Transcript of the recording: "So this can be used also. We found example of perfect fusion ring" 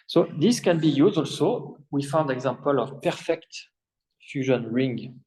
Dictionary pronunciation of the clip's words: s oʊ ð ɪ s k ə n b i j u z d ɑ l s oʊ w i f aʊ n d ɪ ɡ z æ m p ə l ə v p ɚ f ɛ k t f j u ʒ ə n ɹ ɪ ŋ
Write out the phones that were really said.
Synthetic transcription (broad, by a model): s oʊ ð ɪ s k ə n b i j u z ɑ l s oʊ w i f aʊ n d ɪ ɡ z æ m p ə l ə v p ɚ f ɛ k t f j u ʒ ə n ɹ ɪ ŋ